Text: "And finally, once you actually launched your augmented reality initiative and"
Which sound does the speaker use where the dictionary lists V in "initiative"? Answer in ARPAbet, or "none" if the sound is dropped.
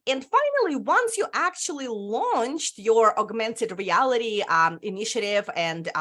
V